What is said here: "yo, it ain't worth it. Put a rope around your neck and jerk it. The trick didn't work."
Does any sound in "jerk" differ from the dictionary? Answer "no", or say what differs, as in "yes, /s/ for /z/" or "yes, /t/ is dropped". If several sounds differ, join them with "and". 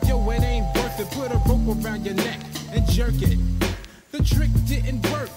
no